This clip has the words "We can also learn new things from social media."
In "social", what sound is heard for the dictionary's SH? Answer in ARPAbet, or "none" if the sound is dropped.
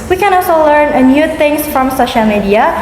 SH